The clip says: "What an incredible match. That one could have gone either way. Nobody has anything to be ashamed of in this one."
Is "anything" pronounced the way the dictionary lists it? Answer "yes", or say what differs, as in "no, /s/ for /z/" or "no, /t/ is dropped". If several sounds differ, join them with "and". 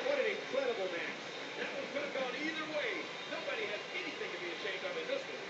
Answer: yes